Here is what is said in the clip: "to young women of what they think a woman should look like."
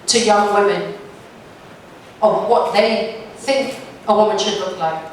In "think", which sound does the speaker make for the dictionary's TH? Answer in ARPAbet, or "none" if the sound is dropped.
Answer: TH